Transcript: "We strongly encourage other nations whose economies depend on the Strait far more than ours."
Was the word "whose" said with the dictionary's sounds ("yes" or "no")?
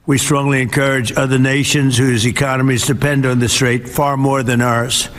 yes